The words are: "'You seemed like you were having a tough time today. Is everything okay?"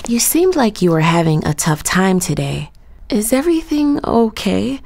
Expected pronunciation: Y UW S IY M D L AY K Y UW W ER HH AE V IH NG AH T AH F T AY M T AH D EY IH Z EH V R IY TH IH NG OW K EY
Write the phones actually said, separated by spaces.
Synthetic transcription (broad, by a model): Y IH S IY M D L AY K Y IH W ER HH AE V IH NG AH T AH F T AY M T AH D EY IH Z EH V R IY TH IH NG OW K EY